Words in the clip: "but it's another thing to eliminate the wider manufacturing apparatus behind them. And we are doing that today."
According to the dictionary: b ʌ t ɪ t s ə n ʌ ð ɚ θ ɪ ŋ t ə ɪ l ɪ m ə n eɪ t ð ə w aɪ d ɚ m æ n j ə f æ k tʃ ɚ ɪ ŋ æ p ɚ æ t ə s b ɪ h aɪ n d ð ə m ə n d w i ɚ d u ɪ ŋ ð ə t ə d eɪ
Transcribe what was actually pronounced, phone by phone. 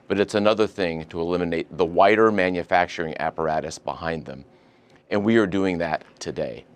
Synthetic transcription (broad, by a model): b ʌ t ɪ t s ə n ʌ ð ɚ θ ɪ ŋ t ə ɪ l ɪ m ə n eɪ t ð ə w aɪ d ɚ m æ n j ə f æ k tʃ ɚ ɪ ŋ æ p ɚ æ t ə s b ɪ h aɪ n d ð ə m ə n w i ɚ d u ɪ ŋ ð ə t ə d eɪ